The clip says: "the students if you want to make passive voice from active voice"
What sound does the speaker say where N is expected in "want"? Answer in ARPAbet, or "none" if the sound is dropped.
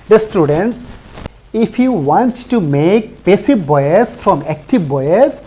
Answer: N